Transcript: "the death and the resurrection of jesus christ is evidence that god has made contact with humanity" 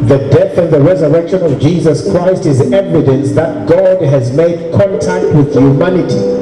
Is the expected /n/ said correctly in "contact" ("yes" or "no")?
yes